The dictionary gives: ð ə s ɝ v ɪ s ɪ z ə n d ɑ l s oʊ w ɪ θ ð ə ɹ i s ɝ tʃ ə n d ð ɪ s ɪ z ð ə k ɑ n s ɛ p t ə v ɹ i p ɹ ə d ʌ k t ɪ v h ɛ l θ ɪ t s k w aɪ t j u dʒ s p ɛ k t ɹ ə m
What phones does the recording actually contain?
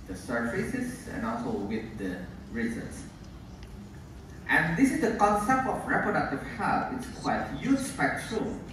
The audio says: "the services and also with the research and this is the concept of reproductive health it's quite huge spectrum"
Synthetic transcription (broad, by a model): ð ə s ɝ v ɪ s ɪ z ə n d ɑ l s oʊ w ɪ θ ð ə ɹ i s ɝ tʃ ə n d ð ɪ s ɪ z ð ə k ɑ n s ɛ p t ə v ɹ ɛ p ɹ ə d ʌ k t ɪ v h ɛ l f ɪ t s k w aɪ t j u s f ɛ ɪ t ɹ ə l